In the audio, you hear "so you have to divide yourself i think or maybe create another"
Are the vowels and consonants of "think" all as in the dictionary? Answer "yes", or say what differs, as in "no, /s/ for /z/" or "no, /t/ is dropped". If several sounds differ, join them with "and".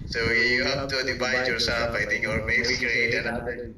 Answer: no, /t/ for /θ/